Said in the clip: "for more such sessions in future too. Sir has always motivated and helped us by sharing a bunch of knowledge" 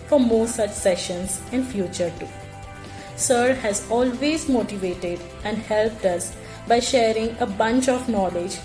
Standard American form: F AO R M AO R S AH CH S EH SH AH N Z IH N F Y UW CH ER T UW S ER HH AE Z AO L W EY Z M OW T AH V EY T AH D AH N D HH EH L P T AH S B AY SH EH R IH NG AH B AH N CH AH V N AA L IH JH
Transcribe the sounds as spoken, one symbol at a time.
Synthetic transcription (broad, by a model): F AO R M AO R S AH CH S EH SH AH N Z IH N F Y UW CH ER T UW S ER HH AE Z AO L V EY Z M OW T AH V EY T AH D AH N D HH EH L P T AH S B AY SH EH R IH NG AH B AH N CH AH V N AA L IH JH